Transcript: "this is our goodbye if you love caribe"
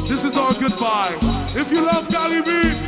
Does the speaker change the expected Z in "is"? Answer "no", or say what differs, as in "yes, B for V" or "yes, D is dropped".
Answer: no